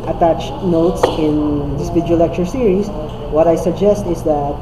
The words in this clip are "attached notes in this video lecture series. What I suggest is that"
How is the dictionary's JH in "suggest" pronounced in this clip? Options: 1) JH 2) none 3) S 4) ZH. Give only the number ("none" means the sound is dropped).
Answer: 1